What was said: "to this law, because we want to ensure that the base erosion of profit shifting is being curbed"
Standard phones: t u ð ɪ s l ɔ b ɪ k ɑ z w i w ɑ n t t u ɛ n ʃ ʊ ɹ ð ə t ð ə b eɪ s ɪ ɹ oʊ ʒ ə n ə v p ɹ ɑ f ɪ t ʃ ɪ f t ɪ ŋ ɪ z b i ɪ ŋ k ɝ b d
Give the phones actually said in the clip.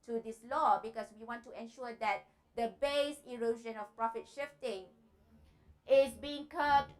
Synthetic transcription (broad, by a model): t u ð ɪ s l ɔ b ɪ k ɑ s w i w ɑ n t t u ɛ n ʃ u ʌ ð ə t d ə b eɪ s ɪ ɹ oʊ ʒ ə n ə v p ɹ ɑ f ɪ t ʃ ɪ f t ɪ ŋ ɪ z b i ɪ ŋ k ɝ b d